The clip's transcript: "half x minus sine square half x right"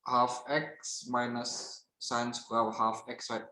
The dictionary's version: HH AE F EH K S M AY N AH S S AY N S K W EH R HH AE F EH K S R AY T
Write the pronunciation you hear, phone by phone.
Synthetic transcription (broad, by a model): HH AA F EH K S M AY N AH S S AY N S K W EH L HH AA F EH K S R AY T